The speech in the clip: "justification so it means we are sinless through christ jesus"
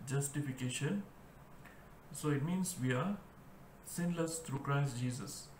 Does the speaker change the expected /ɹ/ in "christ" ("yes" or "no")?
no